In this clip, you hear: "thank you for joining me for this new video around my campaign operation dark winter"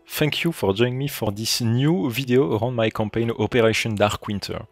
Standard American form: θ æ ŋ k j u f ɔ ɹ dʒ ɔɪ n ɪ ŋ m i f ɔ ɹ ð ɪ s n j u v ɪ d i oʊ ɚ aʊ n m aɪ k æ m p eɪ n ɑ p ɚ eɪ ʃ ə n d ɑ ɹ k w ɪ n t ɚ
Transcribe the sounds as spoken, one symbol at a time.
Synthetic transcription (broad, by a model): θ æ ŋ k j u f ɔ ɹ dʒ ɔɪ ɪ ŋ m i f ɔ ɹ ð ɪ s n j u v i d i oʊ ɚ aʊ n m aɪ k æ m p eɪ n ɑ p ɚ eɪ ʃ ə n d ɑ ɹ k w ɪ n t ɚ